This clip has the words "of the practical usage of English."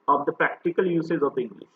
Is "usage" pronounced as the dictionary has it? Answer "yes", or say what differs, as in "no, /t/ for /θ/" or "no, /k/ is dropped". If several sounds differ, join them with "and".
no, /z/ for /dʒ/